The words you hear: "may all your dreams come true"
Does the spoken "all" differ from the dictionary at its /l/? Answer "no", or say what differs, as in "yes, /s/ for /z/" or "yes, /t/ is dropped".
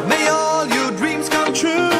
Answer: no